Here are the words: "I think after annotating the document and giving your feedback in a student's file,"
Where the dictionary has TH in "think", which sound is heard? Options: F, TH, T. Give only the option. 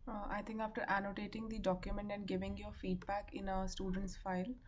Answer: T